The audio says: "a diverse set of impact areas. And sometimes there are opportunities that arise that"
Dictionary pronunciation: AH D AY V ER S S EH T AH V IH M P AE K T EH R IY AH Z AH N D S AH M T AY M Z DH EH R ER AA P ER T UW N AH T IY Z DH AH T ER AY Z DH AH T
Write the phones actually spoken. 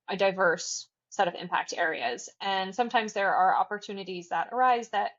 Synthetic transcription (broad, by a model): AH D AY V ER S S EH T AH V IH M P AE K T EH R IY AH Z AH N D S AH M T AY M Z DH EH R ER AA P ER T UW N AH T IY Z DH AH T ER AY Z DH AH T